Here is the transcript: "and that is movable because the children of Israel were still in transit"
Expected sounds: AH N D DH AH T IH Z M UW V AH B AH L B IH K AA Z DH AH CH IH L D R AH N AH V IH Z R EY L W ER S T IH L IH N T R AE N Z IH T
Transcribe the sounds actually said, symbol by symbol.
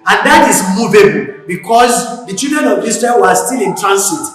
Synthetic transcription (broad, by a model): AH N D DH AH T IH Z M UW V AH B AH L B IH K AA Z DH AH CH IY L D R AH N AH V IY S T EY N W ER S T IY L IH N T R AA N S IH T